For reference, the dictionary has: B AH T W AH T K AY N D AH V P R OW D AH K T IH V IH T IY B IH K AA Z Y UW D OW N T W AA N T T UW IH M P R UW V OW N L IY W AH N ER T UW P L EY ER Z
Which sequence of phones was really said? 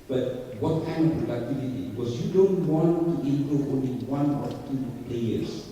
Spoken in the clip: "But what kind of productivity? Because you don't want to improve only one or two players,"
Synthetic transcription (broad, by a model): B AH T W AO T K AY N D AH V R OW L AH T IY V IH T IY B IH K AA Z Y UW D OW N T W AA N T T UW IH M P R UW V OW N L IY W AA N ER T UW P L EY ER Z